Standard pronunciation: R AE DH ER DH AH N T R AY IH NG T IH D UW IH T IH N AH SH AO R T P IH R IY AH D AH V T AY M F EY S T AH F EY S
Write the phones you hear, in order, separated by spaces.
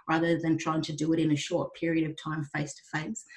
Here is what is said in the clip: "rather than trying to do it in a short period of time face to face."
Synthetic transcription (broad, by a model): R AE DH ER DH AH N T R AY IH NG T IH D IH IH T IH N AH SH AO R T P IH R IY AH D AH V T AY M F EY S T AH F EY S